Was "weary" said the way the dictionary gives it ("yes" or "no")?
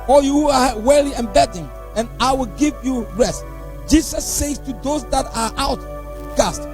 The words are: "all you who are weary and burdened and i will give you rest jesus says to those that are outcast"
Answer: no